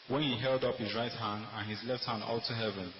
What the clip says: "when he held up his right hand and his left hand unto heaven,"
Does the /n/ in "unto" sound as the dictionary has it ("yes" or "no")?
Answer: no